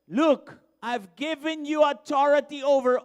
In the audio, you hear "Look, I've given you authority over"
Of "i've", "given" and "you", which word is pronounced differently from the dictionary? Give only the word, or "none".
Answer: none